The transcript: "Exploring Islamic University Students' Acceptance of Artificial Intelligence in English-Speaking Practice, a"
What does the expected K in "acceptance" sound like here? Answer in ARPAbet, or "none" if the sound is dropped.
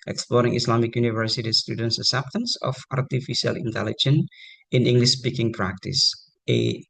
none